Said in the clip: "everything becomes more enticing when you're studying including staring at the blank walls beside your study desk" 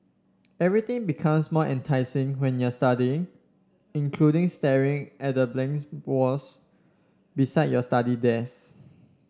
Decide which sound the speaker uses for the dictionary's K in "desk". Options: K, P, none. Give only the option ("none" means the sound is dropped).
none